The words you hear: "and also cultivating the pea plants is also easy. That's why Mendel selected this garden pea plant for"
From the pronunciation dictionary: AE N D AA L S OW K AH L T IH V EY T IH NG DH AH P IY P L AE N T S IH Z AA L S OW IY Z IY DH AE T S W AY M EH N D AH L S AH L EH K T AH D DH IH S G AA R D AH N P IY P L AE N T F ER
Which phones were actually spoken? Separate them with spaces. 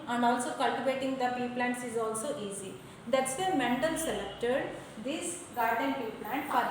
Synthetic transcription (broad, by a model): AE N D AA L S OW K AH L T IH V EY T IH NG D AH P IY P L AE N T S IH Z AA L S OW IY Z IY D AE T S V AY M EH N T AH L S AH L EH K T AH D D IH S G AA R D AH N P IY P L AE N T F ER